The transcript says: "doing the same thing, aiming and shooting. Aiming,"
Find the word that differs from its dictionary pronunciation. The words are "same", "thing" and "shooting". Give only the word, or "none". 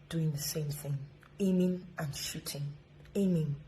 none